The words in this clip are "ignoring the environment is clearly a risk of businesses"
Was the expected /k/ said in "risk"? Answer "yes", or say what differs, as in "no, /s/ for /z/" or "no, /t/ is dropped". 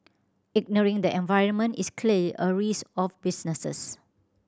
no, /k/ is dropped